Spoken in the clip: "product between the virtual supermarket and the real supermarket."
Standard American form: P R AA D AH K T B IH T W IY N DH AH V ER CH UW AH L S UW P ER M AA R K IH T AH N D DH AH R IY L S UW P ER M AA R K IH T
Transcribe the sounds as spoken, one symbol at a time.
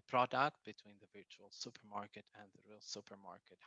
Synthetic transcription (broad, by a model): P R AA D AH K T B IH T W IY N DH AH V ER CH UW AH L S UW P ER M AA R K IH T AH N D DH AH R IY L S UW P ER M AA R K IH T